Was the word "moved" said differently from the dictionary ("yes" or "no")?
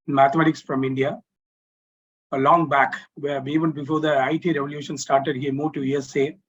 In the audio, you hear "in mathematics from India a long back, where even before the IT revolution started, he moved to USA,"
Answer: yes